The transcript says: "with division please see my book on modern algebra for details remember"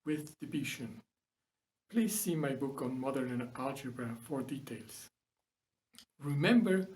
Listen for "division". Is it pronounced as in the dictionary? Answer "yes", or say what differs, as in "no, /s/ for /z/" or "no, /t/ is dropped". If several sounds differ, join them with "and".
no, /b/ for /v/ and /ʃ/ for /ʒ/